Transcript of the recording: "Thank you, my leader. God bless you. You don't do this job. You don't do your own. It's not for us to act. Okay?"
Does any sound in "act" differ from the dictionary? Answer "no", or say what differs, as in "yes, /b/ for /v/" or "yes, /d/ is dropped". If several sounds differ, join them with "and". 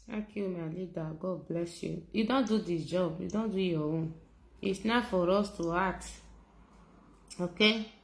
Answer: yes, /k/ is dropped